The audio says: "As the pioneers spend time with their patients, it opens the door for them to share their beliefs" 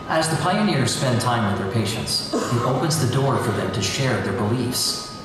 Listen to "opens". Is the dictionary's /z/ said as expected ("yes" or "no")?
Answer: yes